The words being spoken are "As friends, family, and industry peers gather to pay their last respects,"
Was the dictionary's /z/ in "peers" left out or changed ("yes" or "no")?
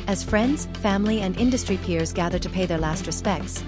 no